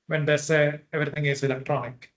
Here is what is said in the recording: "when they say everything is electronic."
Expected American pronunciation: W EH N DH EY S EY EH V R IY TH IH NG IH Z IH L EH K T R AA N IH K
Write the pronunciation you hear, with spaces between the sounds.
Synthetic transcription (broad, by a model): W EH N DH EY S EY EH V R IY T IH NG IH S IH L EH K T R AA N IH K